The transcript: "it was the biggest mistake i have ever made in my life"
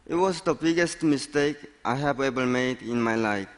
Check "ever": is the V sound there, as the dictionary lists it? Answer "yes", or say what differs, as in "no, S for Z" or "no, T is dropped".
no, B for V